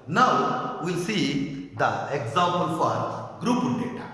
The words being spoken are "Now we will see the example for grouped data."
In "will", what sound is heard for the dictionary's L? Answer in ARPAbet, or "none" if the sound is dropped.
L